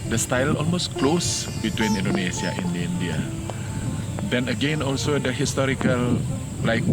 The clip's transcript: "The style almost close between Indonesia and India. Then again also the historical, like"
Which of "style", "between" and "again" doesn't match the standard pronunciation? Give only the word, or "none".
none